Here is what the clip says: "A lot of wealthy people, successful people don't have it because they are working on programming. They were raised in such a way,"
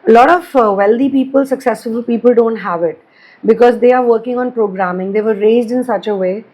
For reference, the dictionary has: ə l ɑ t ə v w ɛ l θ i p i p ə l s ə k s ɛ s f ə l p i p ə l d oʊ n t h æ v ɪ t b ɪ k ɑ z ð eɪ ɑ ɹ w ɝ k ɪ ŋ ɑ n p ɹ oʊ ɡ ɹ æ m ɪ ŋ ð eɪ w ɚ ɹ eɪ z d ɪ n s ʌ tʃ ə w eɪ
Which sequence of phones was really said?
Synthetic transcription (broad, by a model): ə l ɑ t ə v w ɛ l t i p i p ə l s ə k s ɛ s ə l p i p ə l d oʊ n t h æ v ɪ t b ɪ k ɑ z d eɪ ɑ ɹ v ɝ k ɪ ŋ ɑ n p ɹ oʊ ɡ ɹ æ m ɪ ŋ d eɪ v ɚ ɹ eɪ z d ɪ n s ʌ tʃ ə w eɪ